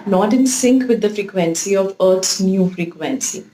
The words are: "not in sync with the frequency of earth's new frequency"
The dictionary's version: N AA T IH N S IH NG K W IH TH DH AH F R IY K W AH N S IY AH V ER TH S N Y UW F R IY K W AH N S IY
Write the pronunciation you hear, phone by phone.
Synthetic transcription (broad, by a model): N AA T IH N S IH NG K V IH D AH F R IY K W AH N S IY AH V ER T S N Y UW F R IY K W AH N S IY